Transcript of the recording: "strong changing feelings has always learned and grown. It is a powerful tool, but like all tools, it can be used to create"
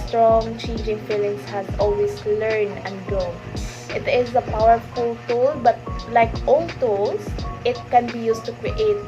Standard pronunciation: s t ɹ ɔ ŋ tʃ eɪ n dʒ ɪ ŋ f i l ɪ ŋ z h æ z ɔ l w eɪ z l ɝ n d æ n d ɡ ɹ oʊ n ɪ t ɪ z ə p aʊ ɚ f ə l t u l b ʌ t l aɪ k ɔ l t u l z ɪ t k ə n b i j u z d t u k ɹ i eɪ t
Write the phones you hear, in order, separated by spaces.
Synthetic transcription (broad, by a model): s t ɹ ɔ ŋ tʃ eɪ n dʒ ɪ ŋ f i l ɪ ŋ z h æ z ɔ l w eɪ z l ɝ n æ n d ɡ oʊ ɪ t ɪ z ə p aʊ ɚ f ə l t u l b ʌ t l aɪ k ɔ l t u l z ɪ t k ə n b i j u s t u k ɹ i eɪ t